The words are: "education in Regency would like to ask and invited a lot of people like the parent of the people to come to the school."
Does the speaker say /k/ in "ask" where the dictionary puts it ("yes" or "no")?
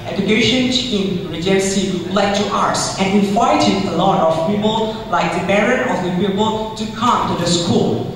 no